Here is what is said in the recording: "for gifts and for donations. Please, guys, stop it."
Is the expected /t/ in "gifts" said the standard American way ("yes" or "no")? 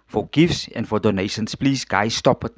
no